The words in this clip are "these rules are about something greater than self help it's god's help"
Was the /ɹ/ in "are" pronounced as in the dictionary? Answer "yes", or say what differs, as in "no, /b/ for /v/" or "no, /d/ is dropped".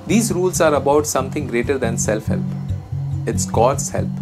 yes